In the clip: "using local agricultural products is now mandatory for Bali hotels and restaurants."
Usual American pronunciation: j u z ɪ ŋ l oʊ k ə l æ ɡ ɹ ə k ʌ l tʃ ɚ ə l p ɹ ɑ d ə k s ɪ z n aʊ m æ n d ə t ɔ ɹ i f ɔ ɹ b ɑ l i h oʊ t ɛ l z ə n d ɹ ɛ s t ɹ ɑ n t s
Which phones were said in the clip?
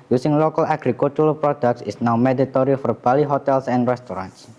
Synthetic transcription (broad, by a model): j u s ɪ ŋ l oʊ k ə l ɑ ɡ ɹ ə k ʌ l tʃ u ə p ɹ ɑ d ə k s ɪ s n aʊ m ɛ d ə t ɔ ɹ i f ɔ ɹ b ɑ l i h oʊ t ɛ l s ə n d ɹ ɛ s t ɹ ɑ n t s